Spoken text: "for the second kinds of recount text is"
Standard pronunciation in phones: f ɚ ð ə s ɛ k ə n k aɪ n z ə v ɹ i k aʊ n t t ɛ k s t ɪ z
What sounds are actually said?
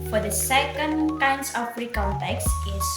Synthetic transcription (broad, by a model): f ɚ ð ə s ɛ k ə n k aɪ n s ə p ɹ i k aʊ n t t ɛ k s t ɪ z